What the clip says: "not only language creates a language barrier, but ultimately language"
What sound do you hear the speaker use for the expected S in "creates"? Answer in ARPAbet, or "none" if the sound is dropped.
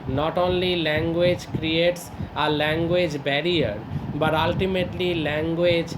S